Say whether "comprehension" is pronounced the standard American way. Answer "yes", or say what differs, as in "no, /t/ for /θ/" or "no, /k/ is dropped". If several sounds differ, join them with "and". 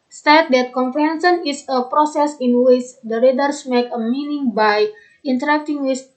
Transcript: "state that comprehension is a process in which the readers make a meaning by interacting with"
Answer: no, /s/ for /ʃ/